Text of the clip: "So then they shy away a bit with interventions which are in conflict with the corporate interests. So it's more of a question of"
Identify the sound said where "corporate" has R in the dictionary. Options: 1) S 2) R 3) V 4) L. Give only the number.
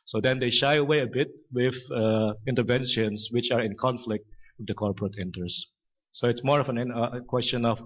2